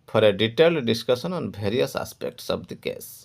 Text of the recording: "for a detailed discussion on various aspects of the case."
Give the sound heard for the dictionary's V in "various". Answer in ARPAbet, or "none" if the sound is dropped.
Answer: B